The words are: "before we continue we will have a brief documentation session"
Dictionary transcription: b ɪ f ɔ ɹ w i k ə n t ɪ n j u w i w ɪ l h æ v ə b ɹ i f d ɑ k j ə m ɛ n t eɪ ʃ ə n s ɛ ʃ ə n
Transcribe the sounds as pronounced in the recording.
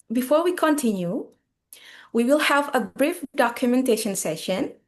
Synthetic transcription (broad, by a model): b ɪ f ɔ ɹ w i k ə n t ɪ n j u w i w ɪ l h æ v ə b ɹ i f d ɑ k j ə m ɛ n t eɪ ʃ ə n s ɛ ʃ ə n